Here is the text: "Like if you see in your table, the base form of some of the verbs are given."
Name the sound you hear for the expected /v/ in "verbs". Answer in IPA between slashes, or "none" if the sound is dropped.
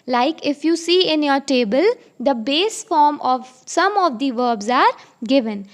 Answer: /v/